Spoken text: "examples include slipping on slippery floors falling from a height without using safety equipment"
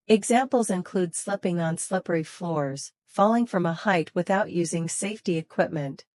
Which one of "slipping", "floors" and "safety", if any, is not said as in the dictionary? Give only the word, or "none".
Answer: none